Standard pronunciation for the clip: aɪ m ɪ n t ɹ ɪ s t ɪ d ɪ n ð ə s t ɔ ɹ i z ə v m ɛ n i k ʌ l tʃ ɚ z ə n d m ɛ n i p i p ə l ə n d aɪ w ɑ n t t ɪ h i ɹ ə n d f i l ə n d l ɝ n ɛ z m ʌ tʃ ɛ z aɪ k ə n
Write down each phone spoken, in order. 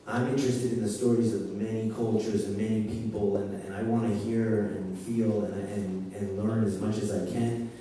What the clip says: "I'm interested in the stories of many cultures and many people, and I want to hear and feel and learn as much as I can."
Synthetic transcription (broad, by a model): aɪ m ɪ n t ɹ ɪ s t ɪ d ɪ n ð ə s t ɔ ɹ i z ə v m ɛ n i k ʌ l tʃ ɚ z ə n m ɛ n i p i p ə l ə n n aɪ w ɑ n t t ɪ h i ɹ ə n f i l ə n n l ɝ n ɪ z m ʌ tʃ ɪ z aɪ k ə n